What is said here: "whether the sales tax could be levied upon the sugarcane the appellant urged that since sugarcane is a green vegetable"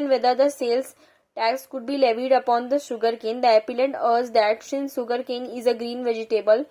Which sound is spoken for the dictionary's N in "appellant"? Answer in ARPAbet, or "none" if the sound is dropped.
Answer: none